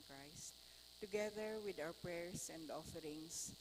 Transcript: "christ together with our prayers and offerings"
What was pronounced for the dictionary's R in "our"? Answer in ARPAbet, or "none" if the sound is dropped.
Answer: W